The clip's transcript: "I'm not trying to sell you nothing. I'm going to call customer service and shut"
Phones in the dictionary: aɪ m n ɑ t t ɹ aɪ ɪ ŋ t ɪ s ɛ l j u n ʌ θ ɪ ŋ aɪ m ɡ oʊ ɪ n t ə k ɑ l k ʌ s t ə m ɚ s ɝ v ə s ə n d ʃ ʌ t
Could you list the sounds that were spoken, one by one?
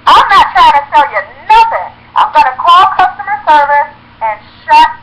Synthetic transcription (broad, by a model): aɪ m n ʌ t t ɹ aɪ ɪ ŋ t ɪ s ɛ l j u n ʌ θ ɪ ŋ aɪ m ɡ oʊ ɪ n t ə k ɑ l k ʌ s t ə m ɚ s ɝ v ə s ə n ʃ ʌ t